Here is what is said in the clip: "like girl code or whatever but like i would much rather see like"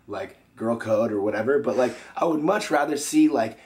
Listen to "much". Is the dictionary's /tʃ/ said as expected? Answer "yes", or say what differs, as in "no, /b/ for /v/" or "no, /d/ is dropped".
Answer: yes